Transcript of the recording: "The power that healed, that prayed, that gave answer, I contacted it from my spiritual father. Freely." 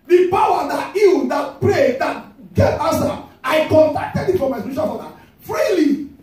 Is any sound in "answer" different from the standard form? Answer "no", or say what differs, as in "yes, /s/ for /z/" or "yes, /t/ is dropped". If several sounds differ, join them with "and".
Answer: yes, /n/ is dropped